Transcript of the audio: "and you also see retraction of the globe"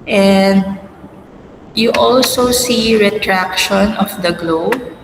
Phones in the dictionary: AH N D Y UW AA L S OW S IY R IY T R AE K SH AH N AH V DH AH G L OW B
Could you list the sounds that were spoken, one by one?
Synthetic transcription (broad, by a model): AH N D Y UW AA L S OW S IY R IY T R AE K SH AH N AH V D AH G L OW B